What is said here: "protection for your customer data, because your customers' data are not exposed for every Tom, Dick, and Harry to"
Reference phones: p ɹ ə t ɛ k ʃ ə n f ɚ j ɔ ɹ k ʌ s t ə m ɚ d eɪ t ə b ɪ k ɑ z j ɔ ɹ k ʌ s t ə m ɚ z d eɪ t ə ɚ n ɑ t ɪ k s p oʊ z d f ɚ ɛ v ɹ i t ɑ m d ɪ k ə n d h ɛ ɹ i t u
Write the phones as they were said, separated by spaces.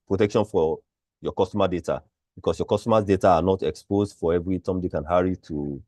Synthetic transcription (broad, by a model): p ɹ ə t ɛ k ʃ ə n f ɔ j ɔ k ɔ s t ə m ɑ d eɪ t ə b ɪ k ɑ s j ɔ k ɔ s t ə m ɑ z d eɪ t ə n ɑ t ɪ k s p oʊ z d f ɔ ɛ v ɹ i t ɑ m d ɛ k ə n h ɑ ɹ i t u